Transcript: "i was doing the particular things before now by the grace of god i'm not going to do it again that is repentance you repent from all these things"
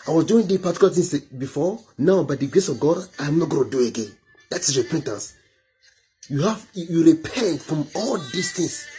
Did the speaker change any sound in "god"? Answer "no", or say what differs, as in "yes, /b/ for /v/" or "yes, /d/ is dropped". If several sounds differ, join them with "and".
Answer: no